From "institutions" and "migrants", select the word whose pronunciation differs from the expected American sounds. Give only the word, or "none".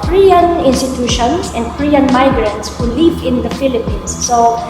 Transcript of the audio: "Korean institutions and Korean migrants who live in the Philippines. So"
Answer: institutions